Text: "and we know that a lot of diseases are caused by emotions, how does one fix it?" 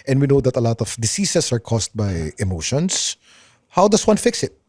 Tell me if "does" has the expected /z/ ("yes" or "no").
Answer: no